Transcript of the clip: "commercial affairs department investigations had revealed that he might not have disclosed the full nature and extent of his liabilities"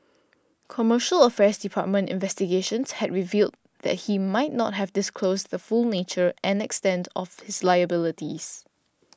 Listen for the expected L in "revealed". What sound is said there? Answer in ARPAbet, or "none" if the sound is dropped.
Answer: L